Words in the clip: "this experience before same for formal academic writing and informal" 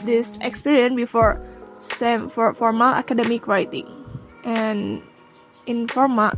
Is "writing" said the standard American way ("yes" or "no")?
no